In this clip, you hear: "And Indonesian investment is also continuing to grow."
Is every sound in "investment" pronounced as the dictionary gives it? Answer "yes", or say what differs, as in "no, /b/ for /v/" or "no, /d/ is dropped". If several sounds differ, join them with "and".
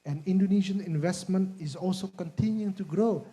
yes